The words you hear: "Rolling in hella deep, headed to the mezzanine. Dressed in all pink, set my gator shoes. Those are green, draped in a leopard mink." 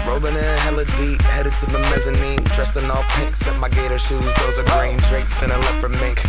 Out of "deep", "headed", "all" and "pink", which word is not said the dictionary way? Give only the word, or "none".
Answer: pink